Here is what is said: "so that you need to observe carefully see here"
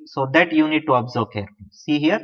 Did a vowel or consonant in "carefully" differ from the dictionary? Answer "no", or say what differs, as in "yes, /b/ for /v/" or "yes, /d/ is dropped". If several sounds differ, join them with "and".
yes, /l/ is dropped